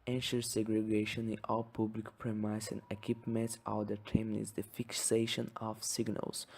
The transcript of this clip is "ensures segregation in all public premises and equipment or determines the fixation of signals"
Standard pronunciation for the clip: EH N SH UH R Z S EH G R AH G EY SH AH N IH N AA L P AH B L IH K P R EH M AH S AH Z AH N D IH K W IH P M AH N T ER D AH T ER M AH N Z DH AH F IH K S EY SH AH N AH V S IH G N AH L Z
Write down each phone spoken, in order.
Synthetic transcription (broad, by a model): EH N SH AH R S EH G R AH G EY SH AH N IH N AA L P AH B L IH K P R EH M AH AH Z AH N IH K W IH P M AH N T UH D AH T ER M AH Z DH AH F IH K S EY SH AH N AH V S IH G N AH L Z